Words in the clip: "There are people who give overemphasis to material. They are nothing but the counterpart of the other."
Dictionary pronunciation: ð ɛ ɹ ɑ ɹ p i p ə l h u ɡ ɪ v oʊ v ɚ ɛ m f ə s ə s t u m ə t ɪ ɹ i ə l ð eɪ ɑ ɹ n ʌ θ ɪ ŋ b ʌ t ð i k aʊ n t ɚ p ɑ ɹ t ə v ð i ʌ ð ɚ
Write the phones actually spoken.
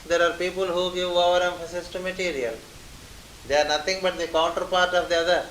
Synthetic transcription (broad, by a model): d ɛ ɹ ɑ ɹ p i p ə l h u ɡ ɪ v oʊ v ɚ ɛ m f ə s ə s t u m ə t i ɹ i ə l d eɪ ɑ ɹ n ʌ t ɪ ŋ b ʌ t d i k aʊ n t ɚ p ɑ ɹ t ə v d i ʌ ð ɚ